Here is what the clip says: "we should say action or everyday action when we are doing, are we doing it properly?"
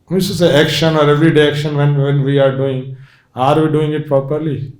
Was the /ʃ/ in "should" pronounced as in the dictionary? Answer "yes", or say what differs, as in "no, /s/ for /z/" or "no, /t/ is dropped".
no, /s/ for /ʃ/